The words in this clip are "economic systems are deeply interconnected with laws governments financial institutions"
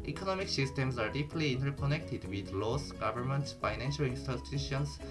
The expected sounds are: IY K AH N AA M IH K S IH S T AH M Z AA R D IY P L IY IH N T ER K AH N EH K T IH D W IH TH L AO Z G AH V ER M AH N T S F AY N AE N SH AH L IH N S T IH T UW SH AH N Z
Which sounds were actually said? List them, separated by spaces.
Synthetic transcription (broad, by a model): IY K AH N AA M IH K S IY S T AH M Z AA R D IY P L IY N T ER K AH N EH K T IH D W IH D L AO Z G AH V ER M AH N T F AY N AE N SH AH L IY N S T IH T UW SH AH N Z